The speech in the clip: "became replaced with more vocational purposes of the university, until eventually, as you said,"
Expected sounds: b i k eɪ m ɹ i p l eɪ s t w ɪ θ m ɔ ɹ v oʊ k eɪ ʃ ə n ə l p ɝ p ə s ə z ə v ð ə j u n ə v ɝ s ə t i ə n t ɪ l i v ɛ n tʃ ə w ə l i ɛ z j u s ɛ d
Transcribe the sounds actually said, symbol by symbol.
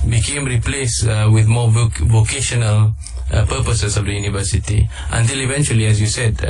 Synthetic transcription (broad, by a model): b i k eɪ m ɹ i p l eɪ s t w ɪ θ m ɔ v v oʊ k eɪ ʃ ə n ə l p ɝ p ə s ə s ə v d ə j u n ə v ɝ s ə t i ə n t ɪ l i v ɛ n tʃ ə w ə l i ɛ s j u s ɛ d